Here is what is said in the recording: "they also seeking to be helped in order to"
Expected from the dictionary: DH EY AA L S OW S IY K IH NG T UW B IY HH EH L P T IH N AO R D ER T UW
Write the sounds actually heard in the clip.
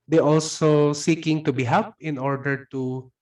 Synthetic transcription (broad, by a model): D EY AA L S OW S IY K IH NG T UW B IY HH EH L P IH N AO R D ER T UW